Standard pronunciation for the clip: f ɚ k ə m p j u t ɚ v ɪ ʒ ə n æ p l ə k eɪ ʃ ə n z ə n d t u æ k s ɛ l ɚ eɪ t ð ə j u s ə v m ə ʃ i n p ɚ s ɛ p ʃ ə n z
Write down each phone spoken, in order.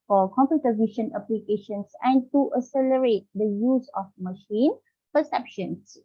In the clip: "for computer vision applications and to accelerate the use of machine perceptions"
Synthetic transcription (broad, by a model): f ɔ k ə m p j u t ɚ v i ʃ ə n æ p l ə k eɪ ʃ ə n s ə n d t u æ s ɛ l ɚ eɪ t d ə j u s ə f m ə ʃ i n p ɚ s ɛ p ʃ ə n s